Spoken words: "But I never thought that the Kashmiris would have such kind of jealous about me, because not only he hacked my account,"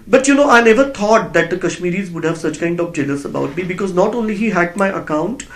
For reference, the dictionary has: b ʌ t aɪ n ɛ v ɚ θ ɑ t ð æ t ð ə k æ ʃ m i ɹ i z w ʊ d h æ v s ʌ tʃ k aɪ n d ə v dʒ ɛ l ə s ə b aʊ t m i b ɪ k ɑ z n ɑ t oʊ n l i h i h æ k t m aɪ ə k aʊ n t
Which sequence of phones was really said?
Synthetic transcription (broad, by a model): b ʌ t aɪ n ɛ v ɚ t ɑ t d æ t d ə k æ ʃ m i ɹ i z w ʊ d h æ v s ʌ tʃ k aɪ n d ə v dʒ ɛ l ə s ə b aʊ t m i b ɪ k ɑ z n ɑ t oʊ n l i h i h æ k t m aɪ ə k aʊ n t